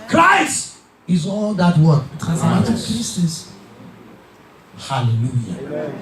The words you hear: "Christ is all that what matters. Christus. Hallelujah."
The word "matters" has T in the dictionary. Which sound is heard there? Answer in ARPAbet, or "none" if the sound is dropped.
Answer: S